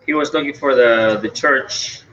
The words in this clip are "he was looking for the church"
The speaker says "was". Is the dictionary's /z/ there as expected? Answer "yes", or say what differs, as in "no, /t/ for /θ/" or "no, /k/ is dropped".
yes